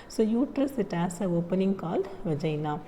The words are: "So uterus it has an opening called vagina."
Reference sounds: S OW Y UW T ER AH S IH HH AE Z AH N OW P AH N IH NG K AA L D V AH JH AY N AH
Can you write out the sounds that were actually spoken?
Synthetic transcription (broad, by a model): S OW Y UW T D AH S IH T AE S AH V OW P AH N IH NG K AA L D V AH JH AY N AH